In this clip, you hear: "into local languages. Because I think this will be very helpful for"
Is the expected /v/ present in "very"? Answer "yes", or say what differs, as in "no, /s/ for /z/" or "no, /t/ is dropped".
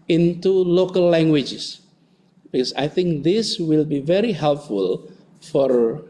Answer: yes